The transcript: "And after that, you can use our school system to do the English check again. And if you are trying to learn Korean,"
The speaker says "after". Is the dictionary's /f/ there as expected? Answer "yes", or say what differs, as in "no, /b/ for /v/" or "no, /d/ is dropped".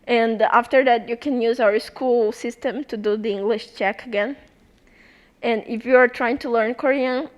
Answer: yes